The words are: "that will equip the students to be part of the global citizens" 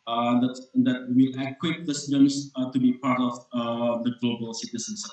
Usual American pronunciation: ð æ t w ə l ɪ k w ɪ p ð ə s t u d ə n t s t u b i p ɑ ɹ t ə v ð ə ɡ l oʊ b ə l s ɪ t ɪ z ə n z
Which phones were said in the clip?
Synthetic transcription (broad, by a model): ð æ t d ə w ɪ k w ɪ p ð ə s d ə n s t u b i p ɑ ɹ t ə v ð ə ɡ l oʊ b ə l s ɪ t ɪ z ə n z